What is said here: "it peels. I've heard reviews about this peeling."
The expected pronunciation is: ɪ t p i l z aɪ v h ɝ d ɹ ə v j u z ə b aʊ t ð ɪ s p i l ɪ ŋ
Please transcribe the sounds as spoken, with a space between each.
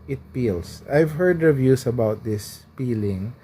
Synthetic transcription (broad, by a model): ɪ t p i l s aɪ v h ɝ d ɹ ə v j u s ə b aʊ t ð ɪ s p i l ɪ ŋ